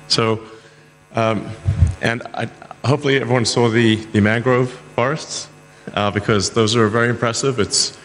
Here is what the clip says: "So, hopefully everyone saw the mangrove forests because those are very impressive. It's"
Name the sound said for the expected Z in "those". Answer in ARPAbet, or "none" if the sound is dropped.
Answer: Z